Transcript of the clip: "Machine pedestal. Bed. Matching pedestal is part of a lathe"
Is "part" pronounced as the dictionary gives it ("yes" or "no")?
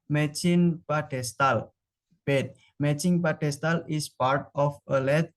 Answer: yes